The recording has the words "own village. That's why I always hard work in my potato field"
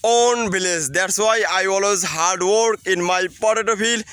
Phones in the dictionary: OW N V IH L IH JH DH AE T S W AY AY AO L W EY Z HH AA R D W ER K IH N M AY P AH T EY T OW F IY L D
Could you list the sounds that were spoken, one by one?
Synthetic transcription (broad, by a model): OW N B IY L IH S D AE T S W AY AY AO L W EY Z HH AA R D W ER K IH N M AY P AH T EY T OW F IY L